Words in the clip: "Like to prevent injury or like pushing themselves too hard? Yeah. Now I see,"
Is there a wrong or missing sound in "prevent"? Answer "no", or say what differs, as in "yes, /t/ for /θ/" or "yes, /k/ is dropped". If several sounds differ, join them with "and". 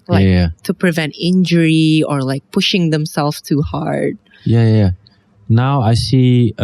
no